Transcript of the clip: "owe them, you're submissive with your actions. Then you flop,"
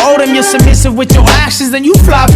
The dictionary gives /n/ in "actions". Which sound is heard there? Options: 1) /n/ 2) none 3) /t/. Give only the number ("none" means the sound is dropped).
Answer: 2